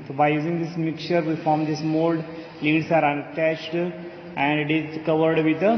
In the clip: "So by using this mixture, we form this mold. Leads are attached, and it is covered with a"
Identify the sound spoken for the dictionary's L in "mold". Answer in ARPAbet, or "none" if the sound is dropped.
L